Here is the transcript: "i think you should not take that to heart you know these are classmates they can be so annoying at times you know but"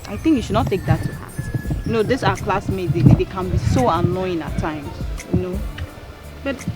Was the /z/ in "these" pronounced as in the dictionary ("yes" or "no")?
no